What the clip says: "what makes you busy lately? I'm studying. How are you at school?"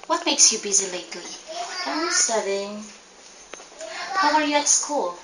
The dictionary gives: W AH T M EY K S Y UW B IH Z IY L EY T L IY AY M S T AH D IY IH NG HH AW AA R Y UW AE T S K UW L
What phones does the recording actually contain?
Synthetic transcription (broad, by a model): W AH T M EY K S Y UW B IH Z IY L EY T L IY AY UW S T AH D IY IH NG HH AW AA R Y UW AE T S K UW L